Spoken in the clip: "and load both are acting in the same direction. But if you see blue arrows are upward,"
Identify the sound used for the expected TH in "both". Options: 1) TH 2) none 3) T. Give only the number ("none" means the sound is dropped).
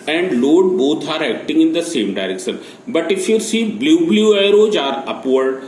3